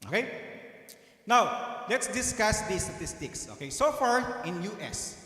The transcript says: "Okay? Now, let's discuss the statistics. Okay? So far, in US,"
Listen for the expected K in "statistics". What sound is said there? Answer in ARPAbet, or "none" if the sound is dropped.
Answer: K